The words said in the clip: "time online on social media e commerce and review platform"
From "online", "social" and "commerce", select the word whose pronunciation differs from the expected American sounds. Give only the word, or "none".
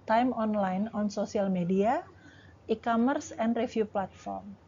social